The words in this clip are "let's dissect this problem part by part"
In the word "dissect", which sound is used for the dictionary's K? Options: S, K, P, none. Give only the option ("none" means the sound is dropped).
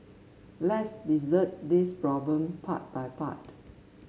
none